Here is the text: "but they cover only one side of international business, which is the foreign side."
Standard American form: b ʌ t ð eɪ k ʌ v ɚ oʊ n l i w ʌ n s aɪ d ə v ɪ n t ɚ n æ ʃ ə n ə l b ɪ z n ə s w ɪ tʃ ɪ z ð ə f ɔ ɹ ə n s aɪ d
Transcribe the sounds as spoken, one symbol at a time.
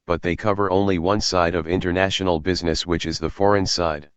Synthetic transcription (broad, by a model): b ʌ t ð eɪ k ʌ v ɚ oʊ n l i w ʌ n s aɪ d ə v ɪ n t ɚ n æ ʃ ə n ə l b ɪ z n ə s w ɪ tʃ ɪ z ð ə f ɔ ɹ ə n s aɪ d